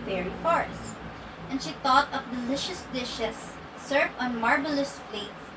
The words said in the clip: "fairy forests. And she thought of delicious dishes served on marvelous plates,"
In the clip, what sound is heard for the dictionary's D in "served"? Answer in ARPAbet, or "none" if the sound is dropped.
none